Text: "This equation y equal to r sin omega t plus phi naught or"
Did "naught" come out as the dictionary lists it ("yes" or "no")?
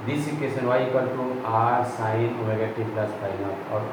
no